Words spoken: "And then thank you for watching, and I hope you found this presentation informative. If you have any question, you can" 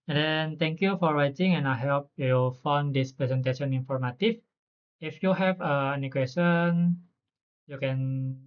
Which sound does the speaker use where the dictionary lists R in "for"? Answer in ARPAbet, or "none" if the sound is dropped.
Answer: R